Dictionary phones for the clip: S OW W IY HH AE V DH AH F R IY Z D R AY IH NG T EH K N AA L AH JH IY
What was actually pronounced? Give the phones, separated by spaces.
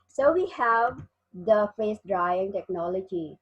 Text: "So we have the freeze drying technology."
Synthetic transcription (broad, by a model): S OW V IY HH AE V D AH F EH S D R AY IH NG T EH K N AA L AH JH IY